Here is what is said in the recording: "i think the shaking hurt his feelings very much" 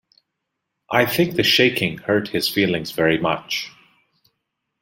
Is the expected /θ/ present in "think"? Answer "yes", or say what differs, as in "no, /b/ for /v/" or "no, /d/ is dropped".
yes